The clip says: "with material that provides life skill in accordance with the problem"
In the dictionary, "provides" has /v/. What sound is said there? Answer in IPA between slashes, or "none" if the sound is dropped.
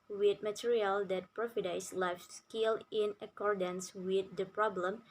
/f/